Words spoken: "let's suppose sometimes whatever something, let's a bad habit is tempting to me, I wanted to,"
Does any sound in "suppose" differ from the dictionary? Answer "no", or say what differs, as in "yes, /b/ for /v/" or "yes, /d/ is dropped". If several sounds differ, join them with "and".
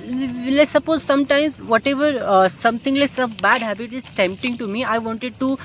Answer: no